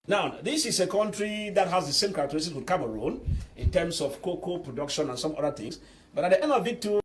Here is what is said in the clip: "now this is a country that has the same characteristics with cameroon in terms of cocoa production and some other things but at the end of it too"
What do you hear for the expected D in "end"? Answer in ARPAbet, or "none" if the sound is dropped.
none